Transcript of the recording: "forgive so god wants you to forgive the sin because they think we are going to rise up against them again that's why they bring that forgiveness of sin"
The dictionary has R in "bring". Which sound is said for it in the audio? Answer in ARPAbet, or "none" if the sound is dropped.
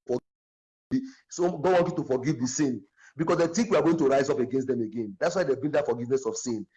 none